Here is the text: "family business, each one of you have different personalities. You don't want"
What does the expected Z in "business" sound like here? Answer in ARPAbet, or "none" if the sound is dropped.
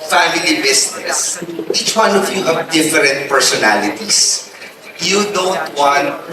S